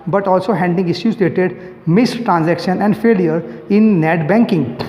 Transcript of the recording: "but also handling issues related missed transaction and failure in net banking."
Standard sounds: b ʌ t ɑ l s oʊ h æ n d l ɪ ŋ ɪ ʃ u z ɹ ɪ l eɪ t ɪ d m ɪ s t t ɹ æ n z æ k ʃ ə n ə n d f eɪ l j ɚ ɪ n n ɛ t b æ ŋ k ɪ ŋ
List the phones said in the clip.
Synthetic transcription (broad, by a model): b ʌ t ɑ l s oʊ h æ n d ɪ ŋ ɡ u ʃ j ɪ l eɪ t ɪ d m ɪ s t t ɹ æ n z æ k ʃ ə n ə n d f eɪ l j ɚ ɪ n n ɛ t b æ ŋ k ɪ ŋ